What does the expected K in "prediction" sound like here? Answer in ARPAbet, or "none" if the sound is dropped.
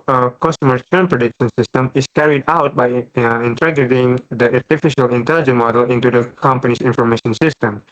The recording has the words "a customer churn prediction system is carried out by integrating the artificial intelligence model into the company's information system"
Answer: K